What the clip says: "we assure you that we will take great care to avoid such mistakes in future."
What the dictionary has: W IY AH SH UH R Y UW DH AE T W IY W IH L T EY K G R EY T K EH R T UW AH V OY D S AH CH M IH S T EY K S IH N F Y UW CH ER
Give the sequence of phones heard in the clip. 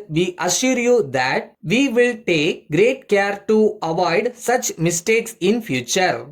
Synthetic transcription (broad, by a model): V IY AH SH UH R Y UW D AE T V IY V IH L T EY K G R EY T K EH R T UW AH V OY D S AH CH M IH S T EY K S IH N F Y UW CH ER